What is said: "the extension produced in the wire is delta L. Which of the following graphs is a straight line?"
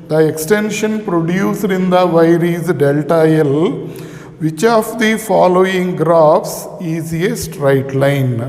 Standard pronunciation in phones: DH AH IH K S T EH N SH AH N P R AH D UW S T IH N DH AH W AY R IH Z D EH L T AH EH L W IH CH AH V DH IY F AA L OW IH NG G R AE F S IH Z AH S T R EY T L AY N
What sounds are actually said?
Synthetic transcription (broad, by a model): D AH IH K S T EH N SH AH N P R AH D UW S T IH N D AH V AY R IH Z D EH L T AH EH L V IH CH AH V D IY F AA L OW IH NG G R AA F S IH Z AH S T R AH T L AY N